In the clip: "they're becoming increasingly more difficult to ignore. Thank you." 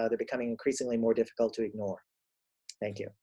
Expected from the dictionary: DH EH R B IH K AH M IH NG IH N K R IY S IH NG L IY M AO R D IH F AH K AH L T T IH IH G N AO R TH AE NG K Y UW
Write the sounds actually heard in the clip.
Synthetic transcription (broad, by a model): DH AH R B IH K AH M IH NG IH N K R IY S IH NG L IY M AO R D IH F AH K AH L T T IH IH G N AO R TH AE NG K Y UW